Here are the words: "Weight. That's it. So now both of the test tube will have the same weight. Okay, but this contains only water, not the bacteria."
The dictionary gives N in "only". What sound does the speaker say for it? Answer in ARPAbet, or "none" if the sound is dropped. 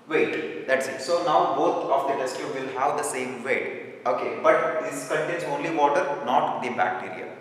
N